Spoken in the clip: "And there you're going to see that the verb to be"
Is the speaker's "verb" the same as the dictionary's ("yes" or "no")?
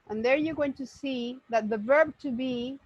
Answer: yes